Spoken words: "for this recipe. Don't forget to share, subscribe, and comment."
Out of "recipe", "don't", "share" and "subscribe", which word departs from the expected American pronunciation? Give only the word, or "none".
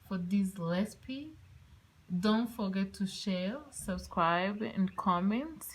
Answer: recipe